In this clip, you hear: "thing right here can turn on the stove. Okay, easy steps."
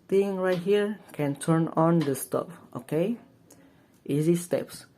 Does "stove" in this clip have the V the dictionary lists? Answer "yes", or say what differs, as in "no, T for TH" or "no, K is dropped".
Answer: no, P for V